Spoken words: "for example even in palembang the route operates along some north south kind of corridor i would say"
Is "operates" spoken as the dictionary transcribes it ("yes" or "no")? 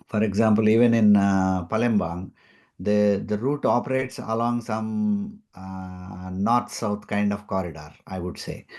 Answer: yes